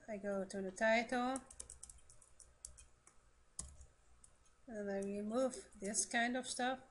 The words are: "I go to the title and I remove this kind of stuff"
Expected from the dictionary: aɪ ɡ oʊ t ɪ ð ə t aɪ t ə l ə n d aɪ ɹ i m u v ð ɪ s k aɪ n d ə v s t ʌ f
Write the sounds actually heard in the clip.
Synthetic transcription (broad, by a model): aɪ ɡ oʊ t ɪ ð ə t aɪ t ə l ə n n aɪ ɹ i m u v ð ɪ s k aɪ n d ə v s t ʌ f